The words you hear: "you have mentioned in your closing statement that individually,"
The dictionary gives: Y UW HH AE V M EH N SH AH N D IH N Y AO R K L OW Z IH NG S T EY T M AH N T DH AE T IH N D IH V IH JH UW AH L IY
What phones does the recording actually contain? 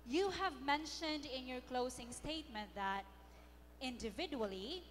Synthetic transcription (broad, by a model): Y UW HH AE V M EH N SH AH N D IH N Y AO R K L OW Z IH NG S T EY T M AH N T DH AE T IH N D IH V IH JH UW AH L IY